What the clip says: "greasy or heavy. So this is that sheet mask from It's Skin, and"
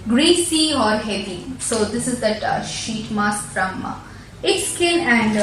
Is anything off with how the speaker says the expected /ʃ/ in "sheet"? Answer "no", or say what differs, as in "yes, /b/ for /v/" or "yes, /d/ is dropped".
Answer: no